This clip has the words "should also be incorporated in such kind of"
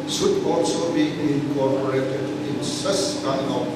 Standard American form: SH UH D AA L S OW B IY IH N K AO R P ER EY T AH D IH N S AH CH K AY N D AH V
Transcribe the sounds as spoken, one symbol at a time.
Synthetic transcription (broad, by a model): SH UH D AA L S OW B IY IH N K AO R P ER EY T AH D IH N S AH S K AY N AH